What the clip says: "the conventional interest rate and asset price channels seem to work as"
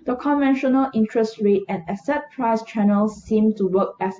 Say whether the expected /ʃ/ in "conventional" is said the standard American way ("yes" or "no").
yes